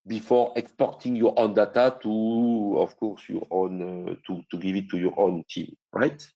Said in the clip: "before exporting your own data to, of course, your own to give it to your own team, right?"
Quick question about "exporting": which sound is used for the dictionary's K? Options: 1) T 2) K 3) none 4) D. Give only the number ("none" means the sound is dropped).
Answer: 2